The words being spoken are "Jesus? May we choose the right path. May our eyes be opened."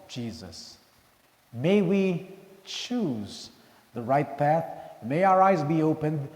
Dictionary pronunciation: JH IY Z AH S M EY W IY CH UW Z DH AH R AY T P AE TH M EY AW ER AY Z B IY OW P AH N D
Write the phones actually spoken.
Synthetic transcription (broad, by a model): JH IY Z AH S M EY W IY CH UW Z DH AH R AY T P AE TH M EY AW ER AY Z B IY OW P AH N D